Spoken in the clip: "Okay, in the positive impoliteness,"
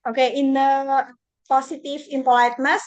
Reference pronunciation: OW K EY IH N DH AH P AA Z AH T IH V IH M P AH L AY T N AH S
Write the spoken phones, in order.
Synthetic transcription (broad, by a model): OW K EY IH N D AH P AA S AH T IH F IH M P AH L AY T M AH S